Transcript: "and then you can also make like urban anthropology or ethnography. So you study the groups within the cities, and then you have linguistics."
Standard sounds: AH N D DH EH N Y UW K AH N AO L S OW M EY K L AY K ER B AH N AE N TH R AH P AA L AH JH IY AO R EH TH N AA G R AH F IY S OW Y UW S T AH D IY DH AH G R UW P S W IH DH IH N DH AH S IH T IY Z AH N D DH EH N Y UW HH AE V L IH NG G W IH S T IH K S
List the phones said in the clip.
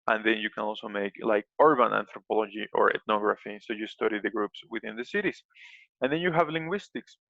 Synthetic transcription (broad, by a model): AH N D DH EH N Y UW K AH N AO L S OW M EY K L AY K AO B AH N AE N T R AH P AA L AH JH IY AO R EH T N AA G R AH F IY S OW Y UW S T AH D IY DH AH G R UW P S W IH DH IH N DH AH S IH T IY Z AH N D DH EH N Y UW HH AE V L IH NG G W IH S T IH K S